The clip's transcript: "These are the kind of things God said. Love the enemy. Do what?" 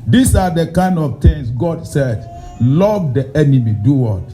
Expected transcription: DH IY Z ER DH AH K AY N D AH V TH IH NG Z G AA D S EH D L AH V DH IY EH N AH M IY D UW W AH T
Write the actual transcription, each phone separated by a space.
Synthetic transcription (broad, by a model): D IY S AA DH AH K AY N D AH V T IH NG S G AA D S EH D L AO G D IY EH N AH M IY D UW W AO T